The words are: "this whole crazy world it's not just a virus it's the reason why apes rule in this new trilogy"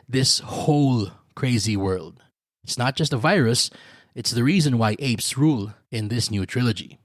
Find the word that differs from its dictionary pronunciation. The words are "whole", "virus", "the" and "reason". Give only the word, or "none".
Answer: none